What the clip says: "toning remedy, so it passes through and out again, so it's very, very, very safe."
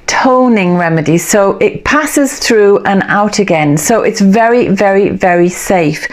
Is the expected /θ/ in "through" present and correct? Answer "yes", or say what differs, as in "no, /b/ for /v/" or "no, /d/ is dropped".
yes